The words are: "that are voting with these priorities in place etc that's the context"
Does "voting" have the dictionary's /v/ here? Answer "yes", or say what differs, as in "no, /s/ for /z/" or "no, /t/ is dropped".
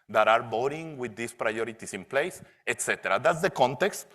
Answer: no, /b/ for /v/